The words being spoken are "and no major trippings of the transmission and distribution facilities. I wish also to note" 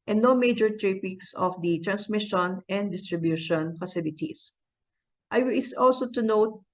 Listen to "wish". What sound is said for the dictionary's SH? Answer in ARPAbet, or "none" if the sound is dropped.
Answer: S